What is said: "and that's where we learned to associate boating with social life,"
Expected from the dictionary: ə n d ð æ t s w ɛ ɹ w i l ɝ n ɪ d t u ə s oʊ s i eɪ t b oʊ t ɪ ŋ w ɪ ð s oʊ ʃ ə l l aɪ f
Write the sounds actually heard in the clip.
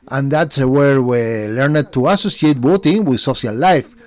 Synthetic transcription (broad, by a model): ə n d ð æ t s w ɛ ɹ w i l ɝ n ɪ d t u ə s oʊ s i eɪ t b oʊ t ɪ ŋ w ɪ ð s oʊ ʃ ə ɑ l aɪ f